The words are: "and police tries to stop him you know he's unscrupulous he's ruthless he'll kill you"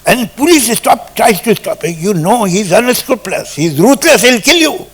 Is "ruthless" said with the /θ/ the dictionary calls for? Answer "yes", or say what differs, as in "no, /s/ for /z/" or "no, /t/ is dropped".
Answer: no, /t/ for /θ/